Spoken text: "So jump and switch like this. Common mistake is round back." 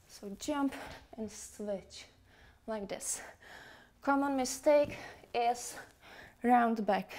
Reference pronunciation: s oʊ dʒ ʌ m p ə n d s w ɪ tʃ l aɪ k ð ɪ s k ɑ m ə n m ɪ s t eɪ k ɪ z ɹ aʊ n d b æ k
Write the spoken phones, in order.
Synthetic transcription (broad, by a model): s oʊ dʒ ʌ m p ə n s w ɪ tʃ l aɪ k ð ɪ s k ɑ m ə n m ɪ s t eɪ k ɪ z ɹ aʊ n d b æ k